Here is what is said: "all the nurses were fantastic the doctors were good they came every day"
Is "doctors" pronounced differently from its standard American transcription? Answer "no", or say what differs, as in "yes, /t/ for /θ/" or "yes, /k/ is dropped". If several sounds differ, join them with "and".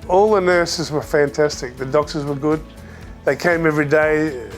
no